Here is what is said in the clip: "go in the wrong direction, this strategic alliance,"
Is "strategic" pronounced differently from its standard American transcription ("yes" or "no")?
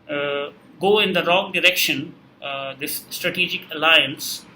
no